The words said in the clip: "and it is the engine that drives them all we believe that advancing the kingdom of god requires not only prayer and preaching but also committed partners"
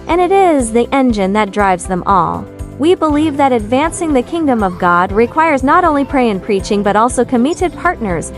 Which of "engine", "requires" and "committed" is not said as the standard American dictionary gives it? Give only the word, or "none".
none